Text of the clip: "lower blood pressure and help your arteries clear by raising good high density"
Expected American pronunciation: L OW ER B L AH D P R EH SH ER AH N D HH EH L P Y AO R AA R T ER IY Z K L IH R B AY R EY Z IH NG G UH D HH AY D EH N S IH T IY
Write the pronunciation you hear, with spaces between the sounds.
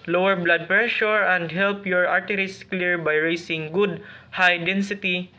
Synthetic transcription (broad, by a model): L OW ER B L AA D P R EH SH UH AH N D HH EH L P Y AO R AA R T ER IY S K L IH R B AY R EY S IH NG G UH D HH AY D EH N S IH T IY